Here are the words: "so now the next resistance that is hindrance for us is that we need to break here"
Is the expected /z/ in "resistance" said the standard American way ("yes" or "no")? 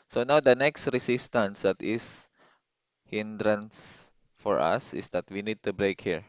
no